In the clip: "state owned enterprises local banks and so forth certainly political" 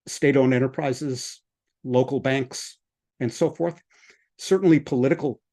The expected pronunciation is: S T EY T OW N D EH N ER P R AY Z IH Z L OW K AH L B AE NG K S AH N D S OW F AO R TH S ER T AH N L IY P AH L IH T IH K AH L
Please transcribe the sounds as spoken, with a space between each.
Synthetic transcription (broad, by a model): S T EY T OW N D EH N ER P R AY Z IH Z L OW K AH L B AE NG K S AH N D S OW F AO R TH S ER T N L IY P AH L IH T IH K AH L